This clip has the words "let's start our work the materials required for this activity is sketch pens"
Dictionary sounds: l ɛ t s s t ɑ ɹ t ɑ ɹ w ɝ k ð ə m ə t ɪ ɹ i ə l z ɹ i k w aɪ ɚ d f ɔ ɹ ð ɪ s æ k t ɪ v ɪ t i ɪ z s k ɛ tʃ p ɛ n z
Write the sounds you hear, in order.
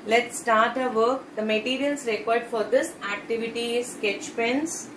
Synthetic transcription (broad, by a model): l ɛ t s s t ɑ ɹ t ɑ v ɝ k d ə m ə t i ɹ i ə l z ɹ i k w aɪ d f ɔ ɹ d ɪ s æ k t ɪ v ɪ t i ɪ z s k ɛ tʃ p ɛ n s